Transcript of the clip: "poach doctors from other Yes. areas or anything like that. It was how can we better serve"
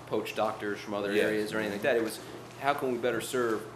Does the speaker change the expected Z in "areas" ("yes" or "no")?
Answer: no